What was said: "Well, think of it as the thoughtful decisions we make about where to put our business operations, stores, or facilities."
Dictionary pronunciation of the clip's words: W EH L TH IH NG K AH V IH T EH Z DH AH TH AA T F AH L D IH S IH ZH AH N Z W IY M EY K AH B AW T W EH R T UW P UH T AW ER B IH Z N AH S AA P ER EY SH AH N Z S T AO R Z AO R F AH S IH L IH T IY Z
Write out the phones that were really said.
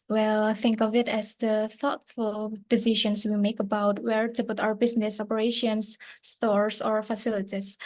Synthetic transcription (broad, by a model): W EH L TH IH NG K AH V IH T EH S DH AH TH AA T F AH L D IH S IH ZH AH N S W IY M EY K AH B AW T W EH R T UW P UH T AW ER B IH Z N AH S AA P ER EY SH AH N S T AO R S AO R F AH S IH L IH T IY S